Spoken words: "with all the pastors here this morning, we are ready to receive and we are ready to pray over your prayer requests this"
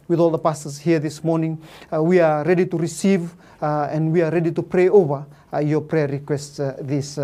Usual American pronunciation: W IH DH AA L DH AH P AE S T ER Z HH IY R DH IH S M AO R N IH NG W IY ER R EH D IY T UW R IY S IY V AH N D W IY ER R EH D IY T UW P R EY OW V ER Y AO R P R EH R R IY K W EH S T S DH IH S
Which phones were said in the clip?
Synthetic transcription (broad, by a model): W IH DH AA L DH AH P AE S T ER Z HH IY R DH IH S M AO R N IH NG W IY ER R EH D IY T UW R IY S IY V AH N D W IY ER R EH D IY T UW P R EY OW V ER Y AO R P R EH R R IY K W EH S T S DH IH S